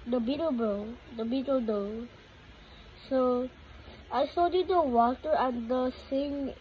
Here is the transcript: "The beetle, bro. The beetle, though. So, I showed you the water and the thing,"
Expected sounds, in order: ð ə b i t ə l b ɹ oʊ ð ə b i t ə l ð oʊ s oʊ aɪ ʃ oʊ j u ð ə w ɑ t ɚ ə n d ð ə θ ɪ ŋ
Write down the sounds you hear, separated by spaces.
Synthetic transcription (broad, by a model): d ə b i t ə l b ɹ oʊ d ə b i t ə l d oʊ s oʊ aɪ s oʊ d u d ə w ɑ t ɚ ə n d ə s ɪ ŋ